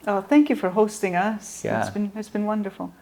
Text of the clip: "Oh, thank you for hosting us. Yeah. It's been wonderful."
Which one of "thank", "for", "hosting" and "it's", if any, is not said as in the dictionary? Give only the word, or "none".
none